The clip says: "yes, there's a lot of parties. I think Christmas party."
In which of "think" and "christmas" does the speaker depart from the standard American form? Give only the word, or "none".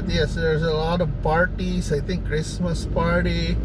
think